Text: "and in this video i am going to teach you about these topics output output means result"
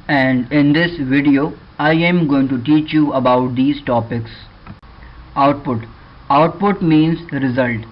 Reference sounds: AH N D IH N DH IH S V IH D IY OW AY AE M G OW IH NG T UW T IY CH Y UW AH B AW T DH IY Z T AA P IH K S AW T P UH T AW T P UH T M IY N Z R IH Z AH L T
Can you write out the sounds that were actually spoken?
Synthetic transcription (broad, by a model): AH N D IH N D IH S V IH D IY OW AY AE M G OW IH NG T UW T IY CH Y UW AH B AW T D IY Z T AA P IH K S AW T P UH T AW T P UH T M IY N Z R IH Z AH L T